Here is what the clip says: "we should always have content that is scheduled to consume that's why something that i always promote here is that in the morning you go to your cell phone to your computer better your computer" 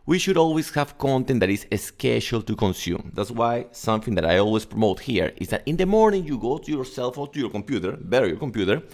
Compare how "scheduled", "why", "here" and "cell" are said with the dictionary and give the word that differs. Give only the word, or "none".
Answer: scheduled